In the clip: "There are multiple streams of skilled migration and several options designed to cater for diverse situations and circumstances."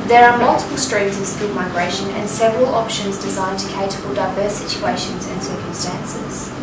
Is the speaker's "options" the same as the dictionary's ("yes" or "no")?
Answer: yes